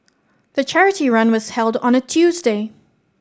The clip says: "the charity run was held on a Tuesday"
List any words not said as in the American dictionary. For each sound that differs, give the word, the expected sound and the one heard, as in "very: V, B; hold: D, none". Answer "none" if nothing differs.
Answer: none